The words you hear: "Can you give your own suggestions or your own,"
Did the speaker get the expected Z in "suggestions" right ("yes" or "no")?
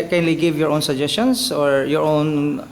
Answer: no